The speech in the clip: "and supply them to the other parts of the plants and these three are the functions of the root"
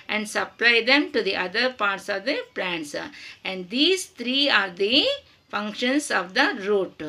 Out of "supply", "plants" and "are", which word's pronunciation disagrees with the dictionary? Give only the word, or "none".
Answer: none